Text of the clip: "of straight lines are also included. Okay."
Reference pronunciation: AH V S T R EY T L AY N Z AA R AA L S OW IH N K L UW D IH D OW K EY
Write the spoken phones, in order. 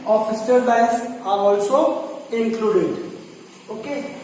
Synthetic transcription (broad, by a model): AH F S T EY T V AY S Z AA R AA L S OW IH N K L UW D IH D OW K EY